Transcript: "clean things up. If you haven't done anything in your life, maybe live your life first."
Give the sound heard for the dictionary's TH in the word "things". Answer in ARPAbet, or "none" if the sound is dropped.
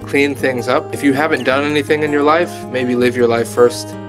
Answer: TH